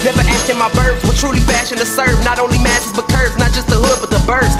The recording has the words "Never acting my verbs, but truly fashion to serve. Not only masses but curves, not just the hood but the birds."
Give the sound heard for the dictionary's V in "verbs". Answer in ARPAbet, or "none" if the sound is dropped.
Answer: B